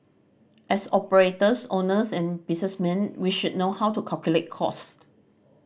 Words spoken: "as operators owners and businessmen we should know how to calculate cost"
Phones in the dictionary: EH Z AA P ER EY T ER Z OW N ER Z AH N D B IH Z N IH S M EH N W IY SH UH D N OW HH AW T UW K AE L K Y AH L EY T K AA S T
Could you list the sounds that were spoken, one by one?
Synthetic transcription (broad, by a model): EH S AA P ER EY T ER S OW N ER S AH N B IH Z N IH S M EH N W IY SH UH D N OW HH AW T UW K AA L K Y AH L EY T K AA S T